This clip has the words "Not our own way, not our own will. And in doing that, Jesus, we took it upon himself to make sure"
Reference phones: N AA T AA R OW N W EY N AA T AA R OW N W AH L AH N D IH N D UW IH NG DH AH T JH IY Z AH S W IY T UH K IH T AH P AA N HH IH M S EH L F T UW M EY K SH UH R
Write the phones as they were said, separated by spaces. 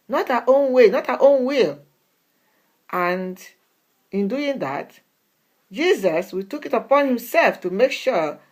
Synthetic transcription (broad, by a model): N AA T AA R OW N W EY N AA T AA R OW N W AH L AH N D IH N D UW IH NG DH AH T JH IY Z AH S W IY T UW K IH T AH P AA N HH IH M S EH L F T UW M EY K SH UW